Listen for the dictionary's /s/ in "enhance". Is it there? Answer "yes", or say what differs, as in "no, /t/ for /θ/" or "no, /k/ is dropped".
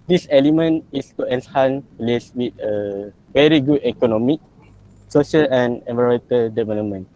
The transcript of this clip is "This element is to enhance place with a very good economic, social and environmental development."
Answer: no, /s/ is dropped